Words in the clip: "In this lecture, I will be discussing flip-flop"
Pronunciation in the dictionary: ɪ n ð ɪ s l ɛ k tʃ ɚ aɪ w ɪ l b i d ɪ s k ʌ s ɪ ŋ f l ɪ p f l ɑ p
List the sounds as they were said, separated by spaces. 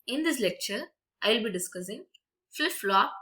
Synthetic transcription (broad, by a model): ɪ n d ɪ s l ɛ k tʃ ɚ aɪ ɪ l b i d ɪ s k ʌ s ɪ ŋ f ɪ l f l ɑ